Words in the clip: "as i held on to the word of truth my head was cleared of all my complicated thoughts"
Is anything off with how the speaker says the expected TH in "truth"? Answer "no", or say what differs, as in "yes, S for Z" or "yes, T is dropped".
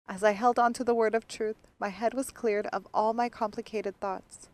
no